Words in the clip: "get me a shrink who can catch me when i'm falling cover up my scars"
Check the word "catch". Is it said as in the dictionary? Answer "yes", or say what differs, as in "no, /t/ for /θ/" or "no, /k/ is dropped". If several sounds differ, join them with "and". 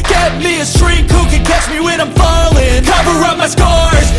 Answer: yes